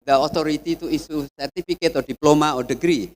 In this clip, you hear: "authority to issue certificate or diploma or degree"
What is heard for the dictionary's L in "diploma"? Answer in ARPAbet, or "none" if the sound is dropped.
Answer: L